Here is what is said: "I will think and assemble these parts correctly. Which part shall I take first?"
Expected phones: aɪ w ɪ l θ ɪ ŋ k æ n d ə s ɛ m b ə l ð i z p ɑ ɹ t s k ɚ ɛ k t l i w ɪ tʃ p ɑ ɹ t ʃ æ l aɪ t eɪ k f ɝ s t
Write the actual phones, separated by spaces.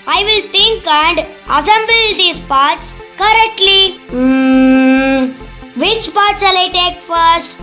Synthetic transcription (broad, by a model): aɪ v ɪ l t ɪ ŋ k æ n d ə s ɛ m b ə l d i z p ɑ ɹ t s k ɚ ɛ k t l i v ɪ tʃ p ɑ ɹ t s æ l aɪ t eɪ k f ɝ s t